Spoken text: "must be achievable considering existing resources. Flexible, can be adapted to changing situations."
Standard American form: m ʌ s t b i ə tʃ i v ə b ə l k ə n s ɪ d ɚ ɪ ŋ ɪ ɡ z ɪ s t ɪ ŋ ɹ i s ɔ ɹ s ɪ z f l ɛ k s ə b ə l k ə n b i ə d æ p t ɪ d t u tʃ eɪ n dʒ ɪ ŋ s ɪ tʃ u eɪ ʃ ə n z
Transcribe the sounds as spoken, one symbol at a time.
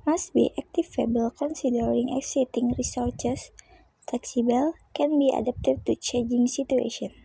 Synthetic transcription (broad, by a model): m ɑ s t b i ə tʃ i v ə b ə l k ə n s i d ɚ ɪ ŋ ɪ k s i t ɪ ŋ ɹ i s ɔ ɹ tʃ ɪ s f l ɛ k s ə b ə l k ə n b i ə d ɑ p t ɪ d t u tʃ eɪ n dʒ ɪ ŋ s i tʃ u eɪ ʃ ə n